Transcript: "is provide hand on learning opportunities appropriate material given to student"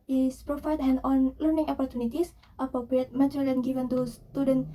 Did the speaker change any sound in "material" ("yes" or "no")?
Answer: yes